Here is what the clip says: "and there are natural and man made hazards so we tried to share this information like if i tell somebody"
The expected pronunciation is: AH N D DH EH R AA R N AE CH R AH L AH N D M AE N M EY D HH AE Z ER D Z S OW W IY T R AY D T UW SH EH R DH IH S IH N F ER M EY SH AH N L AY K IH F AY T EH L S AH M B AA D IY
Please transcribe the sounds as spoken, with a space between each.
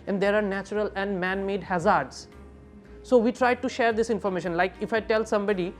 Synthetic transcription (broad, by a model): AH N D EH R AA R N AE CH R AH L AH N D M AE N M EY D HH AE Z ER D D S OW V IY T R AY D T UW SH EH R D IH S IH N F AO M EY SH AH N L AY K IH F AY T EH L S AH M B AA D IY